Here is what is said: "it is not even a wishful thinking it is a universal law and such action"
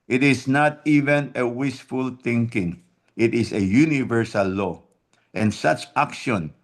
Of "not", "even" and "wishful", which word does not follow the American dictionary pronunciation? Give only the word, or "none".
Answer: wishful